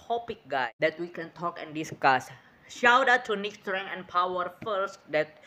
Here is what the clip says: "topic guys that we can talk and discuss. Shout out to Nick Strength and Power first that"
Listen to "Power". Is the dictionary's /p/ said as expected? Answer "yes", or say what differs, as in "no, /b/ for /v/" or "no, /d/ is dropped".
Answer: yes